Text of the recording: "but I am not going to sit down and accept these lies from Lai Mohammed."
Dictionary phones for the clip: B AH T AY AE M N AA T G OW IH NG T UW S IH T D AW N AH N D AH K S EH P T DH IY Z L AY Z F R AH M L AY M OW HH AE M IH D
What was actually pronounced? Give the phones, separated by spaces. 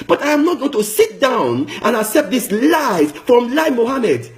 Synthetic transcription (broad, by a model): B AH T AY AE M N AA T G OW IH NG T UW S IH T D AW N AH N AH K S EH P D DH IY S L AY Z F R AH M L AY M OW HH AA M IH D